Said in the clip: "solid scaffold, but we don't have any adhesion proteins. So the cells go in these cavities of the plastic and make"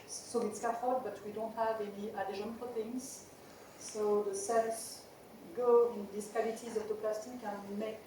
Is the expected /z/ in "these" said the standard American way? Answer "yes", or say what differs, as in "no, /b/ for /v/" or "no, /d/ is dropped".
no, /s/ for /z/